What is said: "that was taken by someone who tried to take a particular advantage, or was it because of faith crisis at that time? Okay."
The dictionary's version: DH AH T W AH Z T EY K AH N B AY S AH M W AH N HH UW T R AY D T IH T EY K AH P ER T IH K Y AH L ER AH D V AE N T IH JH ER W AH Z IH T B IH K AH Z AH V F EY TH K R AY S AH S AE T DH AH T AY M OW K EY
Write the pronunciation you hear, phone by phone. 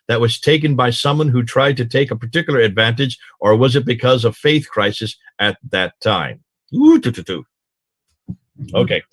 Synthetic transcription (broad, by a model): DH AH T W AH Z T EY K AH N B AY S AH M W AH N HH UW T R AY D T IH T EY K AH P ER T IH K Y L ER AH D V AE N T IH JH ER W AH Z IH T B IH K AH Z AH V F EY TH K R AY S AH S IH T DH AH T AY M OW K EY